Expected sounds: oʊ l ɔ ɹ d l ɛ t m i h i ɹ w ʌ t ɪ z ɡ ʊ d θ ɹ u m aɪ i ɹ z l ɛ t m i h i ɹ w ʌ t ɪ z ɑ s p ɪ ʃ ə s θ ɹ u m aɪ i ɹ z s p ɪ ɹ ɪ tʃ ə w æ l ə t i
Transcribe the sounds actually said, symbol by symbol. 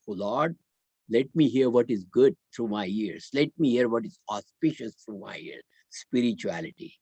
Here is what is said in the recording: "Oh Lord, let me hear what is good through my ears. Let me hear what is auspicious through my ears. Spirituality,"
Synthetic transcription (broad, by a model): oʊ l ɔ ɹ d l ɛ t m i h i ɹ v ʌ t ɪ z ɡ ʊ d t ɹ u m aɪ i ɹ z l ɛ t m i h i ɹ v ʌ t ɪ z ɑ s p ɪ ʃ ə s t ɹ u m aɪ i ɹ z s p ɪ ɹ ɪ tʃ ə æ l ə t i